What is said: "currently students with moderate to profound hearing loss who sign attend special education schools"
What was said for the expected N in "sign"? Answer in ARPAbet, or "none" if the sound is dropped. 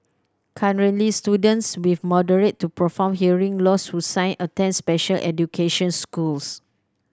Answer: N